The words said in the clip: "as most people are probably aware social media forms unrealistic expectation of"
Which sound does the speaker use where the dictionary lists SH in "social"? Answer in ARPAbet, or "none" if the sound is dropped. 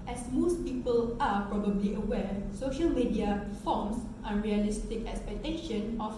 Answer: SH